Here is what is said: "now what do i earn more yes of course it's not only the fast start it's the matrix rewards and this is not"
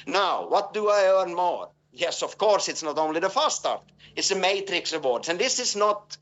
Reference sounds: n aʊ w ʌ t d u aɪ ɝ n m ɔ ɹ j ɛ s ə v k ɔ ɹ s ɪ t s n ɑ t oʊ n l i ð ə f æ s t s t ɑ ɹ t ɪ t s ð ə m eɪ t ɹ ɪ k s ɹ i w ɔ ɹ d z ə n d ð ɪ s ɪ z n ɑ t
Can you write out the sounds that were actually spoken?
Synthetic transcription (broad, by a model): n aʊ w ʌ t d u aɪ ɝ n m ɔ ɹ j ɛ s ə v k ɔ ɹ s ɪ t s n ɑ t oʊ n l i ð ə f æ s s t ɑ ɹ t ɪ t s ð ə m eɪ t ɹ ɪ k s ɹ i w ɔ ɹ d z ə n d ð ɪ s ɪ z n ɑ t